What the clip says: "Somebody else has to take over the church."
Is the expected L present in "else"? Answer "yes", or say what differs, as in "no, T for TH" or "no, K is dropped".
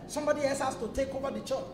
no, L is dropped